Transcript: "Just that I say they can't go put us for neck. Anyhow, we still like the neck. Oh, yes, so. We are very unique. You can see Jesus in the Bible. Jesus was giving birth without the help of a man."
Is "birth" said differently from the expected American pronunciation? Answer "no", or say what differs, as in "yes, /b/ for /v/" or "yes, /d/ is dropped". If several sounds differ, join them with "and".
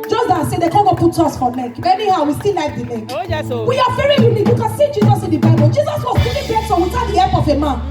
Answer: yes, /s/ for /θ/